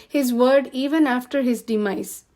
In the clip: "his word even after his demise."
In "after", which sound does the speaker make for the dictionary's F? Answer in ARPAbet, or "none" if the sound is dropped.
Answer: F